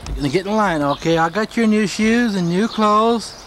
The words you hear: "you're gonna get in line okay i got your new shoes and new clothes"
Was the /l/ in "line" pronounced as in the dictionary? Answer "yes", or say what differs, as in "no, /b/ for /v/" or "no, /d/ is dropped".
yes